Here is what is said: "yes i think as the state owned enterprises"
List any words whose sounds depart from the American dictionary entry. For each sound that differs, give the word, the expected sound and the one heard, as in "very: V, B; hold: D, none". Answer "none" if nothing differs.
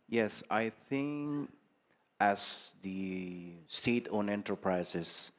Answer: owned: D, none